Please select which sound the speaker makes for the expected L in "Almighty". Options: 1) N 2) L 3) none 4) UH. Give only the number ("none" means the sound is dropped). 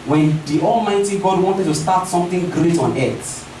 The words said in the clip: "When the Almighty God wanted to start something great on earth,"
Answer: 2